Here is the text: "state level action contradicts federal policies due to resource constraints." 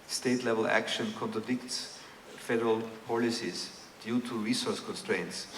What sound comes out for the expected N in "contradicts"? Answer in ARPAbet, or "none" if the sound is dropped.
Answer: N